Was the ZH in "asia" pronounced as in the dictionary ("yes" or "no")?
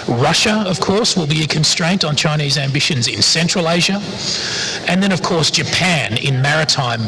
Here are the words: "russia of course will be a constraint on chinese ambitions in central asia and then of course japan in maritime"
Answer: yes